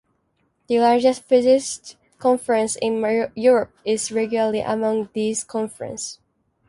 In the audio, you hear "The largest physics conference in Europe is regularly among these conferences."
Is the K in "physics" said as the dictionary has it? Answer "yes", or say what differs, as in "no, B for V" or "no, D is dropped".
no, K is dropped